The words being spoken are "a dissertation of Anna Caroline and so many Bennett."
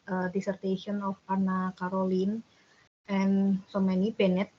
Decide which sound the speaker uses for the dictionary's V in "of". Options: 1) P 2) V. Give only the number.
1